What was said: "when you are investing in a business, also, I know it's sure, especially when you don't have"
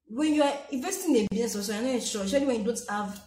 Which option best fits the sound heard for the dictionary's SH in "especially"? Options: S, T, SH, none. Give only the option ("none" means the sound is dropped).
none